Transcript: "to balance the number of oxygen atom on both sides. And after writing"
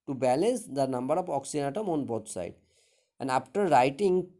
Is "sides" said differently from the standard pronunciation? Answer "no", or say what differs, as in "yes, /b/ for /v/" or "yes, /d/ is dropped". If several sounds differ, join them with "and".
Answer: yes, /z/ is dropped